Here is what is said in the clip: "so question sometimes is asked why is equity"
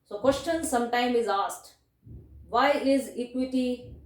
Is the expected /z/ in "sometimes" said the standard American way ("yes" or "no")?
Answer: no